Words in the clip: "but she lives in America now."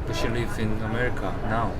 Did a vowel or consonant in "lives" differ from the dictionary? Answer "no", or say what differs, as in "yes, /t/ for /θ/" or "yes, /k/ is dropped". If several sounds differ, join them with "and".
yes, /z/ is dropped